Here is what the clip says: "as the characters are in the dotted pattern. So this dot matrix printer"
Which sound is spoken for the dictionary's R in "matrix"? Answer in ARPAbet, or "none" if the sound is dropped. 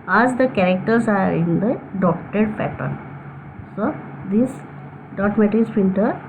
none